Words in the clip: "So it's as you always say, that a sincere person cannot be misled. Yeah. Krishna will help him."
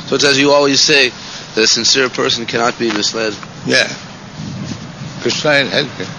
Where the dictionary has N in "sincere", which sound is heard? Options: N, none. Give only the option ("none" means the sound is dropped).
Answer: N